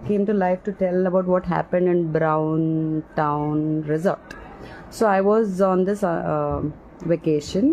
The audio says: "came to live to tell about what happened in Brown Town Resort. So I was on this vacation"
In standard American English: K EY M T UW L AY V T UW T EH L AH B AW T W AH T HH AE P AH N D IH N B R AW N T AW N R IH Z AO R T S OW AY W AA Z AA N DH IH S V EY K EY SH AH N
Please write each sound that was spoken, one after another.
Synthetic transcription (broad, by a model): K EY M T UW L AY F T UW T EH L AH B AW T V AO T HH AE P AH N D IH N B R AW N T AW N R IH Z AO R T S OW AY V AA Z AA N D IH S V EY K EY SH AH N